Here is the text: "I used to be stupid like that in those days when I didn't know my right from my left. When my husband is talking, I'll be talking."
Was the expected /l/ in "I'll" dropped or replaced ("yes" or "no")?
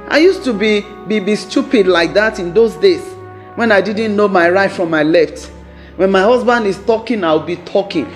yes